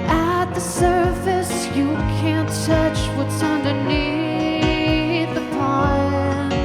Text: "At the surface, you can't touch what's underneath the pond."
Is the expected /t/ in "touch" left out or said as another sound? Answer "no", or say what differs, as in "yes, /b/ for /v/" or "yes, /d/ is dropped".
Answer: yes, /s/ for /t/